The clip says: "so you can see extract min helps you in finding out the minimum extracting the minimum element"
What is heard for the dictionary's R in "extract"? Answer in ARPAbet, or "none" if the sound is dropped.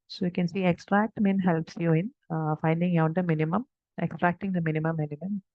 R